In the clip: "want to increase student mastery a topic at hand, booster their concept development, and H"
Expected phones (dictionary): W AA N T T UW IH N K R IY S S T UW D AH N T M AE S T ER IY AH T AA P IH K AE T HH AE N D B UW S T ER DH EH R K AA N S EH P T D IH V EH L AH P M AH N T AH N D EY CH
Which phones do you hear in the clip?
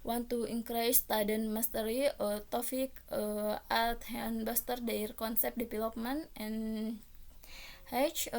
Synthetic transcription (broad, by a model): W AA N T T UW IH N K R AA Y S T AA D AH N M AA S T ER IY AH T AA F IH K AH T HH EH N B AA S T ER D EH R K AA N S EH P D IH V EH L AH P M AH N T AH N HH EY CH